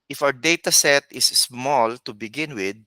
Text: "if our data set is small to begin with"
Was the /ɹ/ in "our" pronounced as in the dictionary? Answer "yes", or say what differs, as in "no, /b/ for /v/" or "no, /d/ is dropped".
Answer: no, /w/ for /ɹ/